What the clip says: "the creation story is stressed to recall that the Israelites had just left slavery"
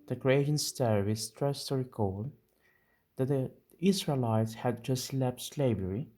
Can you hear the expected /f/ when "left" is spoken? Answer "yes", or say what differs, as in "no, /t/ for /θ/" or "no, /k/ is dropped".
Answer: no, /p/ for /f/